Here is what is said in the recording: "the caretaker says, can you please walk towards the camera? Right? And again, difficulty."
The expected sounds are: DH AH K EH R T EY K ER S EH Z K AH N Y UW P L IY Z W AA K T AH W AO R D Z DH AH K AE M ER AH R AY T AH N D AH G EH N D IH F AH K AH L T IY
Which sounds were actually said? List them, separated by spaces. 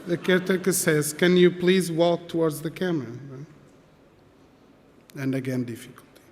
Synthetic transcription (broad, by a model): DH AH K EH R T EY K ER S EH Z K AH N Y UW P L IY Z W AA K T AH W AO R D Z DH AH K AE M ER AH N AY AH N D AH G EH N D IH F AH K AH L T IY